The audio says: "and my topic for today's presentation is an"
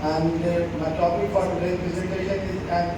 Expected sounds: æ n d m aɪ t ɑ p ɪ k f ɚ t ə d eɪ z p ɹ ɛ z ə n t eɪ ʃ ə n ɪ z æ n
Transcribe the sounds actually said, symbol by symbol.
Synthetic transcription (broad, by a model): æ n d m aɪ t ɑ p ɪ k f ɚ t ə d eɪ p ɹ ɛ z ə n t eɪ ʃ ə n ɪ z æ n